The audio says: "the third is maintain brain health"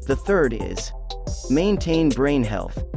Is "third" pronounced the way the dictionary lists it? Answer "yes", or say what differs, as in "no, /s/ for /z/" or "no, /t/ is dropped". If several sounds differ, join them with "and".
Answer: yes